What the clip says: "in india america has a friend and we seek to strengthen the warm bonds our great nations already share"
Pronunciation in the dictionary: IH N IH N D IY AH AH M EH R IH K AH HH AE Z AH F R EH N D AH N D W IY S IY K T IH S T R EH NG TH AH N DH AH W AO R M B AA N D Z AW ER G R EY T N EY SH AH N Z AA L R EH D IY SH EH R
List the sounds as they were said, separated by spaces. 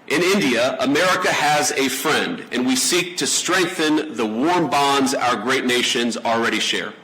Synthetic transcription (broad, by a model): IH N IH N D IY AH AH M EH R IH K AH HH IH Z AH F R EH N D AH N W IY S IY K T IH S T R EH NG TH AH N DH AH W AO R M B AA N D Z AW ER G R EY T N EY SH AH N Z L R EH D IY SH EH R